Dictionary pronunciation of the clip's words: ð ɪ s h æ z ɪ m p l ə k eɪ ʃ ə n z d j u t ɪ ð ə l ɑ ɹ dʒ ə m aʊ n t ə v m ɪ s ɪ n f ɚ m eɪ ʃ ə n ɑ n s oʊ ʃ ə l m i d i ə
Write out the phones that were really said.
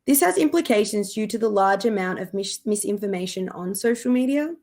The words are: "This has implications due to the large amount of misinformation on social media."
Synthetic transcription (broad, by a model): ð ɪ s h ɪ z ɪ m p l ə k eɪ ʃ ə n z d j u t ɪ ð ə l ɑ ɹ dʒ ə m aʊ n t ə v m ɪ s ɪ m f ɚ m eɪ ʃ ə n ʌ n s oʊ ʃ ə l m i d i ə